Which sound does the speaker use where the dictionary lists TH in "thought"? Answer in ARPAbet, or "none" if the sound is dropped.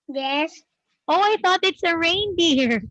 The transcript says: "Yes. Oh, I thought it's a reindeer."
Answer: TH